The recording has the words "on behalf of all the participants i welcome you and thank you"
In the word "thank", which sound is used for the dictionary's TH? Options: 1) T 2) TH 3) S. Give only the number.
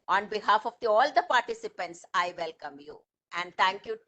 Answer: 1